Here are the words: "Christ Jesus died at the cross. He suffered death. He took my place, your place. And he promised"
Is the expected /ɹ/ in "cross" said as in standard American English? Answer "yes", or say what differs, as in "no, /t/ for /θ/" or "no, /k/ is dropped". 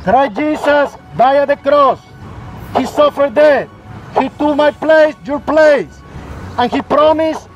yes